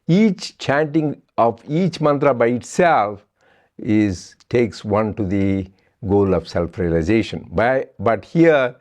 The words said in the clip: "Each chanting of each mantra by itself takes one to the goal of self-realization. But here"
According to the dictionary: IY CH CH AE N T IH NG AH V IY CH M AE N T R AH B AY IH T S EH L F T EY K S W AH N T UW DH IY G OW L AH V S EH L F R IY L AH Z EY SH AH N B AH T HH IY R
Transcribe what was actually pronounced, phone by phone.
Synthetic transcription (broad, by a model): IY CH CH AE N T IH NG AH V IY CH M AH N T R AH B AY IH T S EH L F T EY K S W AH N T UW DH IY G OW L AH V S EH L F R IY L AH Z EY SH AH N B AH T HH IY R